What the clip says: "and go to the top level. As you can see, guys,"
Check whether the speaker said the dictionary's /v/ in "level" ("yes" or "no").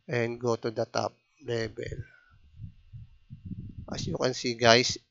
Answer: no